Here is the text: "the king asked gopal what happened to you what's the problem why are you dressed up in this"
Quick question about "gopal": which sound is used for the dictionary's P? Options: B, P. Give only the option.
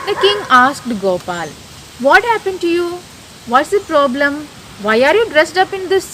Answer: P